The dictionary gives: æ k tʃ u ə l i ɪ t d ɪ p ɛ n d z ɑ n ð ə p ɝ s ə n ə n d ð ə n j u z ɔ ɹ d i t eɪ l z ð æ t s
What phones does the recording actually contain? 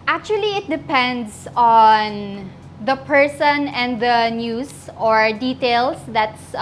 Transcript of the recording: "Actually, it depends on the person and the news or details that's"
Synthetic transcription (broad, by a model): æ k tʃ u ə l i ɪ t d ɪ p ɛ n d s ɑ n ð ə p ɝ s ə n ə n d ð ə n j u s ɔ ɹ d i t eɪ l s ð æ t s